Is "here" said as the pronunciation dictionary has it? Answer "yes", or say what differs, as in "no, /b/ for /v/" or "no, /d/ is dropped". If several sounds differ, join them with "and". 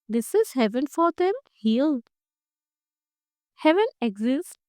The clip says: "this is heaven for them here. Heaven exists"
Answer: no, /l/ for /ɹ/